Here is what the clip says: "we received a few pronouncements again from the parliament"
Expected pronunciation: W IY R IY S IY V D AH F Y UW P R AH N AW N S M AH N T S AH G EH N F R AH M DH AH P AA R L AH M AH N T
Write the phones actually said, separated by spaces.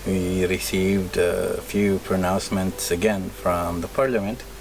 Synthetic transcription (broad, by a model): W IY R IY S IY V D AH F Y UW P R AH N AW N S M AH N T S AH G EH N F R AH M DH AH P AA R L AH M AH N T